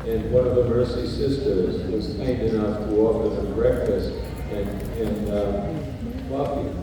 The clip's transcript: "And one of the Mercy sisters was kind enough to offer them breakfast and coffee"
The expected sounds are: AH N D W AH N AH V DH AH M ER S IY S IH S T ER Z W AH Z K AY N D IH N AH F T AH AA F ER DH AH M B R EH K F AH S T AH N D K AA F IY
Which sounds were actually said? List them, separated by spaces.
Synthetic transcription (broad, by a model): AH N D W AH N AH V DH AH M ER S IY S IH S T ER Z W AH Z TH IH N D IH N AH F T AH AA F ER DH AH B R EH K F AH S T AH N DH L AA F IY